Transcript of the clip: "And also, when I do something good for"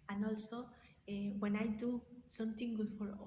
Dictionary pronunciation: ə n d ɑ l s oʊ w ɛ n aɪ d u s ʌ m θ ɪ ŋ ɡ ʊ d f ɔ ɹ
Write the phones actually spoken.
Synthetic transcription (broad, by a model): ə n ɑ l s oʊ w ɛ n aɪ d u s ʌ m t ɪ ŋ ɡ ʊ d f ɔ ɹ